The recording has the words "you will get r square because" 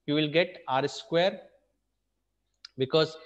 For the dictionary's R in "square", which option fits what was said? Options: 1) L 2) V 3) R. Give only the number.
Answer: 3